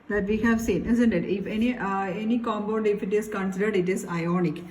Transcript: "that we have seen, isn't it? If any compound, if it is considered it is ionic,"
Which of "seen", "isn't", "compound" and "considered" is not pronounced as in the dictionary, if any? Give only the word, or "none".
compound